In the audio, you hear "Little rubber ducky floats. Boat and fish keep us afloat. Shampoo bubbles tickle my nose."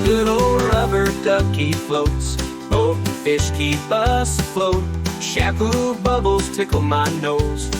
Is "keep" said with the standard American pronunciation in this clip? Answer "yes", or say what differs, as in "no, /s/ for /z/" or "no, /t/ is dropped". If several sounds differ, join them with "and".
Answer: no, /b/ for /p/